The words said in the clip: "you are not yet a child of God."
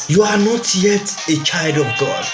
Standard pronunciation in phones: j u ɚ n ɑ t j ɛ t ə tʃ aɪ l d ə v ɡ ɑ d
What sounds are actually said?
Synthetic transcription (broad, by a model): j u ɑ n ɑ t j ɛ t ə tʃ aɪ l d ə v ɡ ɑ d